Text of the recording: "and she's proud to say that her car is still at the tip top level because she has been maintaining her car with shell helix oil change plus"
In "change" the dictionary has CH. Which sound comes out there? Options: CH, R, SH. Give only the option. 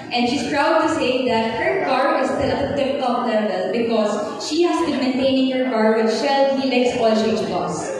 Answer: SH